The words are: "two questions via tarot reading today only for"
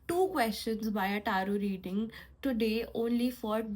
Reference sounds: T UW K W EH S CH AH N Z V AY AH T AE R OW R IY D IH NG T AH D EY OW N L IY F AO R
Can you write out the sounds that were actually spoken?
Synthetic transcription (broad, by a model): T UW K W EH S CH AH N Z B AY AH T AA R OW R IY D IH NG T AH D EY OW N L IY F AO R